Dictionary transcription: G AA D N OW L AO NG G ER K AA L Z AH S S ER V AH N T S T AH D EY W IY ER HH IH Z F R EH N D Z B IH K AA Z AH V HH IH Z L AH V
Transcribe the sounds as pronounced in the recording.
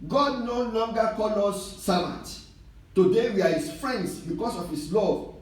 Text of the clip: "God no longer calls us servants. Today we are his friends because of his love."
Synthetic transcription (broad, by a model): G AA D N OW L AO NG G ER K AA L AO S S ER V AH N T T AH D EY W IY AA HH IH S F R EH N D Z B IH K AA S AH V HH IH S L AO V